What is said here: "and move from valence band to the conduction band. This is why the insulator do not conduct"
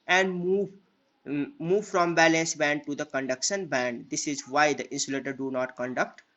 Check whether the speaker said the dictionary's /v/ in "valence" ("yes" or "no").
no